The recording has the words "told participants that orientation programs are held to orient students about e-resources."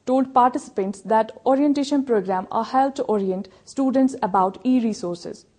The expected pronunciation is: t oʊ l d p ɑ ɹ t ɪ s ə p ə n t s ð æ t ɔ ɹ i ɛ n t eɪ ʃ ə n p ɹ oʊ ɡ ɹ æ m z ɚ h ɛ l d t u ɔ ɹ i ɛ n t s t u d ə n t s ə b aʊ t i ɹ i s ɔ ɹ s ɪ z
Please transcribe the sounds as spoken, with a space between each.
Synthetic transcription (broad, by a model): t oʊ l d p ɑ ɹ t ɪ s ə p ə n t s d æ t ɔ ɹ i ɛ n t eɪ ʃ ə n p ɹ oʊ ɡ ɹ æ m ɚ h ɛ l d t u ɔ ɹ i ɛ n t s t u d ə n t s ə b aʊ t i ɹ i s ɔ ɹ s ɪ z